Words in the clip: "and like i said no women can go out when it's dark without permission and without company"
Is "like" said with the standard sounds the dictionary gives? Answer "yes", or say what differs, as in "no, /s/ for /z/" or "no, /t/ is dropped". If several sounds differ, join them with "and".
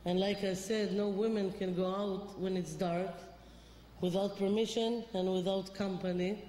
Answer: yes